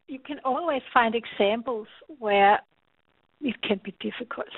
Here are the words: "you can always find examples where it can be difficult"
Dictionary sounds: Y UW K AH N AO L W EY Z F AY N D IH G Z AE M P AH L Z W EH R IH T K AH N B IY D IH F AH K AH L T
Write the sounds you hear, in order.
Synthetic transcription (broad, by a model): Y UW K AH N AO L W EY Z F AY N D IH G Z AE M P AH L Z W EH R IH T K AH N B IY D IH F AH K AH L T